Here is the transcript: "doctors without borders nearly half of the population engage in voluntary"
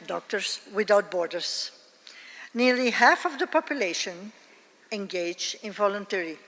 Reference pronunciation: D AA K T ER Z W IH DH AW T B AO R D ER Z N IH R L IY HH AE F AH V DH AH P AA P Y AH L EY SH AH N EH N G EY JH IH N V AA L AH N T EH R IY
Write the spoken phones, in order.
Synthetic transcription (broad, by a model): D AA K T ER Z W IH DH AW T B AO R D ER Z N IH R L IY HH AE F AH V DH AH P AA P Y AH L EY SH AH N EH N G EY JH IH N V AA L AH N T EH R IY